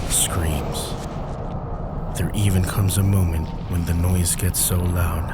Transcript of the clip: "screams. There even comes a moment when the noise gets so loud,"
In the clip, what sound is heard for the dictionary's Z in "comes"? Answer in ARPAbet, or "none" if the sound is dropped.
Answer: Z